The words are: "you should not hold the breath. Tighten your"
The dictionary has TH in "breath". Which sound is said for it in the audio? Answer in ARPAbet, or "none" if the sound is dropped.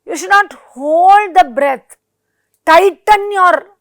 T